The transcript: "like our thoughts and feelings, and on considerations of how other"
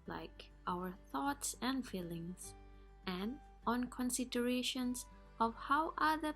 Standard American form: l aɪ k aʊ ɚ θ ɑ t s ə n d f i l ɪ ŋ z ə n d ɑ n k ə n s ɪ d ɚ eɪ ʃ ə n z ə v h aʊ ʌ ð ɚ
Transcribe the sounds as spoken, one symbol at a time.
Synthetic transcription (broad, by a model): l aɪ k aʊ ɚ θ ɑ t s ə n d f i l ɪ ŋ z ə n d ɑ n k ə n s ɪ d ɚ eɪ ʃ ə n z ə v h aʊ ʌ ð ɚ